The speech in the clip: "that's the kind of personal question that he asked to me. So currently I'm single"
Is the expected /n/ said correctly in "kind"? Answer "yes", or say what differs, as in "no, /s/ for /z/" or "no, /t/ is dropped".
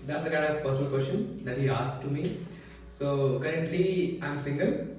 no, /n/ is dropped